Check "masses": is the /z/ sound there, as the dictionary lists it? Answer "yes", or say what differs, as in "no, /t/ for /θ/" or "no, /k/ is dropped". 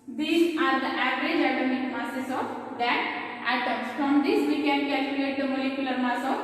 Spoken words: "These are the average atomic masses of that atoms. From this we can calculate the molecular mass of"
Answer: no, /s/ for /z/